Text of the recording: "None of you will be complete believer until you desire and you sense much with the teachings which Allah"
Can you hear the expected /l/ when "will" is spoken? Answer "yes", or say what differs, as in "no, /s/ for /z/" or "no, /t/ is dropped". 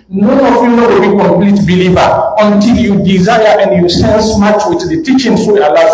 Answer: no, /w/ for /l/